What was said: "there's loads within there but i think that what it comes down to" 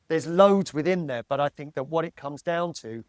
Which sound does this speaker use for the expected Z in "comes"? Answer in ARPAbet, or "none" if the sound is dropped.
Z